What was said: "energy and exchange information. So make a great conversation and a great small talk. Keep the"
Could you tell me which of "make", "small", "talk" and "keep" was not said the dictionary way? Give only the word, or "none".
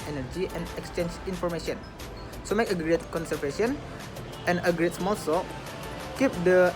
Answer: talk